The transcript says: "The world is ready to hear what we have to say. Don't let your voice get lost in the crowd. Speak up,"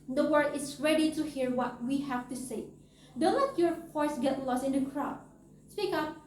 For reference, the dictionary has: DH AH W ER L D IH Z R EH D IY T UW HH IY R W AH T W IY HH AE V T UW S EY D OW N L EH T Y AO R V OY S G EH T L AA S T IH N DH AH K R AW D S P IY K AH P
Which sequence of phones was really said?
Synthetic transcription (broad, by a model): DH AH W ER D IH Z R EH D IY T UW HH IY R W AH T W IY HH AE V T UW S EY D OW N L EH T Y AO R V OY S G EH T L AA S T IH N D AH K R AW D S P IY K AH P